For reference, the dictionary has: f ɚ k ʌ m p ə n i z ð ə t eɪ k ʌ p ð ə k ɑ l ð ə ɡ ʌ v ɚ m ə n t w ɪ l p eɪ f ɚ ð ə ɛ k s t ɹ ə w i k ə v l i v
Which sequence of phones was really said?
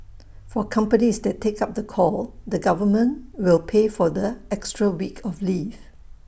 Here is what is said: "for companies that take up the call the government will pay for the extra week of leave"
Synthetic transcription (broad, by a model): f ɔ k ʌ m p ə n i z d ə t eɪ k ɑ p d ə k ɑ l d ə ɡ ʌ v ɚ m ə n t w ɪ l p eɪ f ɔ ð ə ɛ k s t ɹ ə w i k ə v l i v